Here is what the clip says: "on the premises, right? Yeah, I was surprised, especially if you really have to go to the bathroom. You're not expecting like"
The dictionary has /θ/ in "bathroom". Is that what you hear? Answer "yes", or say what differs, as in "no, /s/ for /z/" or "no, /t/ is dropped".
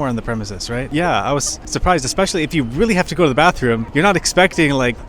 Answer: yes